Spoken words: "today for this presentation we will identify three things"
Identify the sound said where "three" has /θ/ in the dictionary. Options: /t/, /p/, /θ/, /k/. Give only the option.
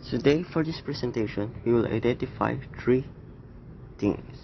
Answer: /t/